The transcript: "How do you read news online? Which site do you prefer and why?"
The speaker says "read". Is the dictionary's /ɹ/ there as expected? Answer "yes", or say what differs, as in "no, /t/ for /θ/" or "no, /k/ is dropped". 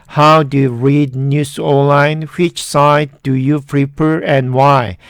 yes